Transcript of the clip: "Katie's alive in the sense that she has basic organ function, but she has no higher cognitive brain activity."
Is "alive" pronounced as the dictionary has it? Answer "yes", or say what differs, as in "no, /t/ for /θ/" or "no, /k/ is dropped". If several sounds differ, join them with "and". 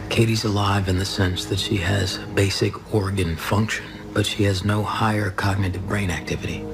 yes